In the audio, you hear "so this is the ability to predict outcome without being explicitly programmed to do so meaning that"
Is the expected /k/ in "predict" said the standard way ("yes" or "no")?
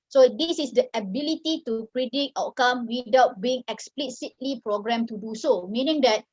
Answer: no